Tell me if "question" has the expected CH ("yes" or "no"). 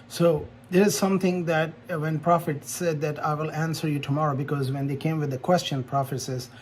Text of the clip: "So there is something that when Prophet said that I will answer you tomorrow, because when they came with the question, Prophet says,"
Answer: yes